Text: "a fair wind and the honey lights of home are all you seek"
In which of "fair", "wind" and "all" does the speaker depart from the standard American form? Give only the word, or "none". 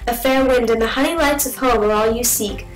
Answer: none